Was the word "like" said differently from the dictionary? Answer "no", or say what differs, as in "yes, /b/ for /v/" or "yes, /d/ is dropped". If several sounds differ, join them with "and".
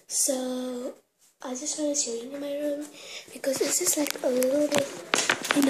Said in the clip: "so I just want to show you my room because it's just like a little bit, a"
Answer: no